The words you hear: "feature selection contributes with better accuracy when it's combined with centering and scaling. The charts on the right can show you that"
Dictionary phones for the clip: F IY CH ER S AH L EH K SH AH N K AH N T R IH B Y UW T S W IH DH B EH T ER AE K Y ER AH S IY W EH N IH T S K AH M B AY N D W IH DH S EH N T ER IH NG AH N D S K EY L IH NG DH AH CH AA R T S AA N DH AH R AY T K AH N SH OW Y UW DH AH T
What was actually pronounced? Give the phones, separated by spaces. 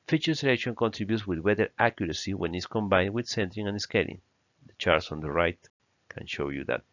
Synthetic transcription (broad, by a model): F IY CH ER S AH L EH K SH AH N K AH N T R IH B Y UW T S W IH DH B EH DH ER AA K Y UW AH S IY W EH N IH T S K AH M B AY N D W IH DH S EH N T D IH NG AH N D S K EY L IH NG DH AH CH AA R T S AA N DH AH R AY T K AH N SH OW Y UW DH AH T